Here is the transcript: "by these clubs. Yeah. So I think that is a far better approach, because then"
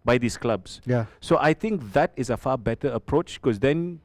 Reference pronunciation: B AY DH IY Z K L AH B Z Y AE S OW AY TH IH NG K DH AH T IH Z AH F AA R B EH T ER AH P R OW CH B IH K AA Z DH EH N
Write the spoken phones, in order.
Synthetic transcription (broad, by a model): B AY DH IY S K L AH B S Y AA S OW AY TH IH NG K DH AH T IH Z AH F AA B EH T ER AH P R OW CH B K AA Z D EH N